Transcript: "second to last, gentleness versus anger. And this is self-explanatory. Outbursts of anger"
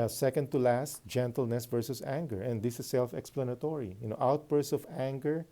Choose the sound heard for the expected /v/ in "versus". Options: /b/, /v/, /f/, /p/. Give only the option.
/v/